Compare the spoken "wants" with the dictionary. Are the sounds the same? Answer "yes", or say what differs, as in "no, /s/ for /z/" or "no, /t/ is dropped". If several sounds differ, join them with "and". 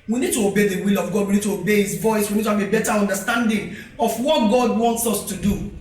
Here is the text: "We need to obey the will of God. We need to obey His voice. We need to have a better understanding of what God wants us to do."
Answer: yes